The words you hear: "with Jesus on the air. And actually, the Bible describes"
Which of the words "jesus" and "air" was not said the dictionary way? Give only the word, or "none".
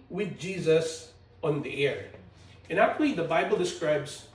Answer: none